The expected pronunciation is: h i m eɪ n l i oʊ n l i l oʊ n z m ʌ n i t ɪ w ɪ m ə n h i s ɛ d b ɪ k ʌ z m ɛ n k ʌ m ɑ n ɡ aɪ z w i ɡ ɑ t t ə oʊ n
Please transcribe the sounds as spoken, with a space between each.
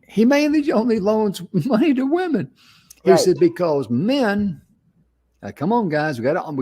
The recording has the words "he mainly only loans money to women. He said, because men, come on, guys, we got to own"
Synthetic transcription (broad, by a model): h i m eɪ n l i oʊ n l i l oʊ n z m ʌ n i t ɪ w ɪ m ə n h i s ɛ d b ɪ k ʌ z m ɛ n k ʌ m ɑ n ɡ aɪ z w i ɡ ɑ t t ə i